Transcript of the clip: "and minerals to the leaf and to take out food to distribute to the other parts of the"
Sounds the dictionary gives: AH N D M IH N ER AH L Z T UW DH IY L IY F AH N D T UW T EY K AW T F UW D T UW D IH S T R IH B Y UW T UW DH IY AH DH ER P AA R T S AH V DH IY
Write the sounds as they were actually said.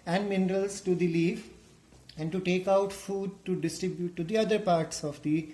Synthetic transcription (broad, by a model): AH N D M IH N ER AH L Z T UW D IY L IY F AH N D T UW T EY K AW T F UW D T UW D IH S T R IH B Y UW T UW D IY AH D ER P AA R T S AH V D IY